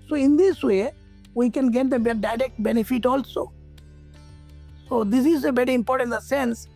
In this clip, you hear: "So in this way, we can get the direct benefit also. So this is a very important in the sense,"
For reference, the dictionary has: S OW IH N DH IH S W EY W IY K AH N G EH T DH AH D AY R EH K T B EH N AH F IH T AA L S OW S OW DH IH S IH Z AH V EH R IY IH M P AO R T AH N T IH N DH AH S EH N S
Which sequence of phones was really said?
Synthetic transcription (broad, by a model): S OW IH N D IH S W EY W IY K AH N G EH T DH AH D AY R EH K T B EH N AH F IH T AA L S OW S OW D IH S IH Z AH B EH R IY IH M P AO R T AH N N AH S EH N S